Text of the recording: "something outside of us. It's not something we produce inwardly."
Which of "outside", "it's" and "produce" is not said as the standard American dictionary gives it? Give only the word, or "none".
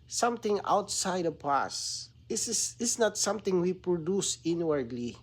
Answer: it's